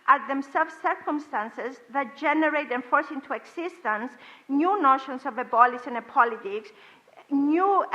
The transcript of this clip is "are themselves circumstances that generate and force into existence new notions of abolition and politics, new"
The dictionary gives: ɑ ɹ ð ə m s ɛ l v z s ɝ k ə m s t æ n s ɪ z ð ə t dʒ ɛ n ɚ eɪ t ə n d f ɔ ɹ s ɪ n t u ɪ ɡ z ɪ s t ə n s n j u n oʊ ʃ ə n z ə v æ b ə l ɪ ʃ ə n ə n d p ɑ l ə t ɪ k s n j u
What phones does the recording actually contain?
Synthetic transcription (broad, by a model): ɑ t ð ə m s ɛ l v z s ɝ k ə m s t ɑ n s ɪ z ð ə t dʒ ɛ n ɚ eɪ t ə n f ɔ ɹ s ɪ n t u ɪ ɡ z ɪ s t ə n s n j u n oʊ ʃ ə n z ə v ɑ b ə l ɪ s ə n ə p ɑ l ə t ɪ k s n j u